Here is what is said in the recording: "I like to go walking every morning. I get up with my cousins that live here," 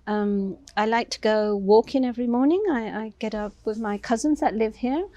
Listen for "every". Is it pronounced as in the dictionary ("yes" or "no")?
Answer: yes